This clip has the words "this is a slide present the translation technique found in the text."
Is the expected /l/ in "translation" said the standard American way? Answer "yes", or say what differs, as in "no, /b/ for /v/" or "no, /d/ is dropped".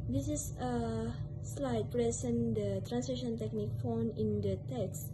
no, /l/ is dropped